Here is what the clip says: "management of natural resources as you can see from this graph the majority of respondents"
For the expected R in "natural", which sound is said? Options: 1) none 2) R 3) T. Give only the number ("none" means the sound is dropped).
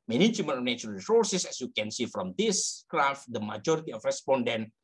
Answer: 1